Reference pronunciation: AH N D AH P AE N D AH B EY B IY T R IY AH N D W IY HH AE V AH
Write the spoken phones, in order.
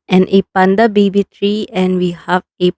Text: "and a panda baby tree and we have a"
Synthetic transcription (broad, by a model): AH N AH P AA N D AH B EY B IY T R IY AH N W IY HH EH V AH